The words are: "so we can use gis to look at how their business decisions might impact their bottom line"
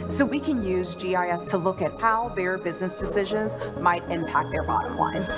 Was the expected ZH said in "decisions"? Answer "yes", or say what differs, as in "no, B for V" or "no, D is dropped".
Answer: yes